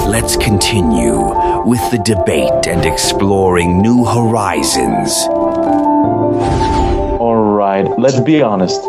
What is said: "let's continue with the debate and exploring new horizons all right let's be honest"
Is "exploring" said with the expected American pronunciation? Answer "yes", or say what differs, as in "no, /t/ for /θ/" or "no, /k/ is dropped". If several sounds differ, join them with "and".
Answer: yes